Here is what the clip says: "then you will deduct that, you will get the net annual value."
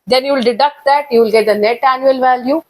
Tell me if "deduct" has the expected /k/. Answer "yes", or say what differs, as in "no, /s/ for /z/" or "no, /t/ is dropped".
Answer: yes